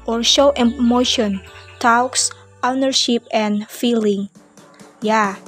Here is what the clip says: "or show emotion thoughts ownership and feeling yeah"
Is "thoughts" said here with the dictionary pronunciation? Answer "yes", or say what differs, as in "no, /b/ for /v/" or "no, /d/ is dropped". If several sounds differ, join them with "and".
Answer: no, /t/ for /θ/